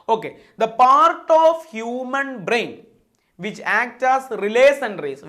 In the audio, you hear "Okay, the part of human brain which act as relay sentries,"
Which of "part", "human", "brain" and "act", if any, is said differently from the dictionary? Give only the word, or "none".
none